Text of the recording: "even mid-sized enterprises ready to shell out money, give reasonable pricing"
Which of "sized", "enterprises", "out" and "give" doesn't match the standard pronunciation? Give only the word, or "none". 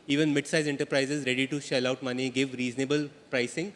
sized